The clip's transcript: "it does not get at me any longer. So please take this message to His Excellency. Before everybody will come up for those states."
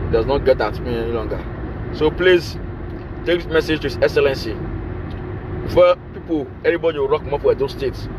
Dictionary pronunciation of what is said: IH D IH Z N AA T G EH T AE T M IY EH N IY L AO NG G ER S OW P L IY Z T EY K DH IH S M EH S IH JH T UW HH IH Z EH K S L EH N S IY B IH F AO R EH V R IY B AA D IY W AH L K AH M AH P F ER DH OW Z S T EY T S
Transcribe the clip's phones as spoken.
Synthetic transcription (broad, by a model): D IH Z N AA T G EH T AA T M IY EH N IY L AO NG G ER S OW P L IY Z T EY K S M EH S IH JH T UW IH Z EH K S L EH N S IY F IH P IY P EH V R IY B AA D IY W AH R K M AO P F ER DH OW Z S T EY T S